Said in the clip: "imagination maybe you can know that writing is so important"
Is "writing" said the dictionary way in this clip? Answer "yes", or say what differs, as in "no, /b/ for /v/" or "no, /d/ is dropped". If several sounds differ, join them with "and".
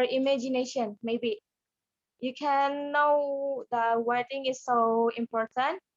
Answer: no, /w/ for /ɹ/